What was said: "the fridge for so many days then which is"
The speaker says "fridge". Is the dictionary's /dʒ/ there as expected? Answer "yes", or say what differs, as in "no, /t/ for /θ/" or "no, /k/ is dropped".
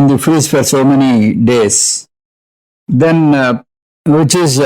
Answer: no, /z/ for /dʒ/